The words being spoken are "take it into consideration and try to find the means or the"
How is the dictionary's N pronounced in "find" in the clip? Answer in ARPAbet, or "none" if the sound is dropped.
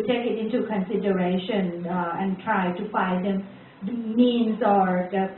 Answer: none